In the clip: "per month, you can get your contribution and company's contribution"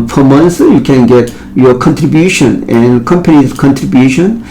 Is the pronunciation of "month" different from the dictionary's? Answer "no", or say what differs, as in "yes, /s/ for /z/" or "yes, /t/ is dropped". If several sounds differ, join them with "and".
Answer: yes, /s/ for /θ/